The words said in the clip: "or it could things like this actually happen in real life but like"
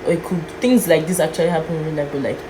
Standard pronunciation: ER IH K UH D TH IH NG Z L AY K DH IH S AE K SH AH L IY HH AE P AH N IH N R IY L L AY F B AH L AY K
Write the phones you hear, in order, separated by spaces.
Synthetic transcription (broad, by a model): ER IH K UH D TH IH NG Z L AY K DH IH S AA K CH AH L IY HH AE P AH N IH N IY N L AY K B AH L AY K